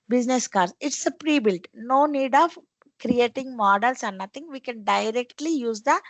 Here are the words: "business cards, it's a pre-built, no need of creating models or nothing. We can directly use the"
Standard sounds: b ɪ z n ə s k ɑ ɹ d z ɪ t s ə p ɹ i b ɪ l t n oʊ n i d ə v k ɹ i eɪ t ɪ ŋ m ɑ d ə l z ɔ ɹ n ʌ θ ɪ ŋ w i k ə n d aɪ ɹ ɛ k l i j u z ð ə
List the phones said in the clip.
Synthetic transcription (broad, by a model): b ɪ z n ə s k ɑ ɹ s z ɪ t s ə p ɹ i b ɪ l t n oʊ n i d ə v k ɹ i eɪ t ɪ ŋ m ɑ d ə l s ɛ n n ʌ t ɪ ŋ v i k ə n d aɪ ɹ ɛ k l i j u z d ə